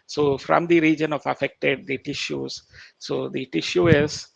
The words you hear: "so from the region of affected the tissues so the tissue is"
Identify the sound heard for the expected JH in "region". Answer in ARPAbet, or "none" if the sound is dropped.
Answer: JH